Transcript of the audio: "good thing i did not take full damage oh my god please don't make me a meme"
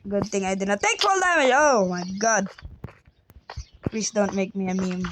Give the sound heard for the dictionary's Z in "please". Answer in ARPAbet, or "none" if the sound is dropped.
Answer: S